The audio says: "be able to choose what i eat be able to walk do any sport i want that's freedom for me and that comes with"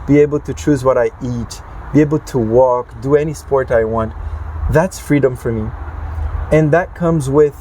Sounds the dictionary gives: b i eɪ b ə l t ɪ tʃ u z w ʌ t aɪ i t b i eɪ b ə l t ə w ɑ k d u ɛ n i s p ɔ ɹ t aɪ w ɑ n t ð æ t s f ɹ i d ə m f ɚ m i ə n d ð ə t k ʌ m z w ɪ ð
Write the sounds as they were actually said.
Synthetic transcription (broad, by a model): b i eɪ b l t ɪ tʃ u z w ʌ t aɪ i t b i eɪ b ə l t ə w ɑ k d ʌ ɛ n i s p ɔ ɹ t aɪ w ɑ n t ð æ t s f ɹ i d ə m f ɚ m i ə n ð ə t k ʌ m z w ɪ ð